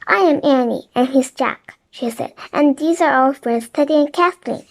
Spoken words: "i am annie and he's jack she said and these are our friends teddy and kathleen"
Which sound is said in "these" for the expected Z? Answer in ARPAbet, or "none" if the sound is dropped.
Z